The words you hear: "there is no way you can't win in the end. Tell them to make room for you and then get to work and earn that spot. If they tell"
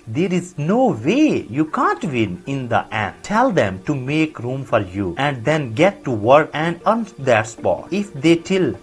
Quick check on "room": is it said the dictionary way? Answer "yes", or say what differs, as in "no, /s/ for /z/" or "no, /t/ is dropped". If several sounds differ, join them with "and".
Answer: yes